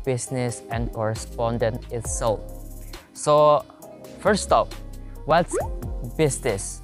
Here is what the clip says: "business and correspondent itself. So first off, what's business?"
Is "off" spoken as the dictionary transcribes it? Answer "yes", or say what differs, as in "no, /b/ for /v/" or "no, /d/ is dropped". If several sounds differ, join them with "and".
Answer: no, /p/ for /f/